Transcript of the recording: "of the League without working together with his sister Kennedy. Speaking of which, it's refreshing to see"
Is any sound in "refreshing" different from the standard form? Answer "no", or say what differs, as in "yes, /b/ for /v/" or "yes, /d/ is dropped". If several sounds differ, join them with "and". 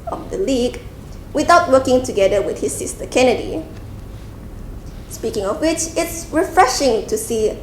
no